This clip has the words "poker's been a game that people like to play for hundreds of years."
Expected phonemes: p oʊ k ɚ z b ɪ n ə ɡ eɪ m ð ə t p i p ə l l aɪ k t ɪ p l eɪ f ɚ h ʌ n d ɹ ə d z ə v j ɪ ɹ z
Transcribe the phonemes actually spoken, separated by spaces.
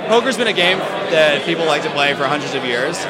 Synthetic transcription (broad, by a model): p oʊ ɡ ɚ z b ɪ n ə ɡ eɪ m ð ə t p i p l l aɪ k t ɪ p l eɪ f ɚ h ʌ n d ɹ ə d z ə v j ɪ ɹ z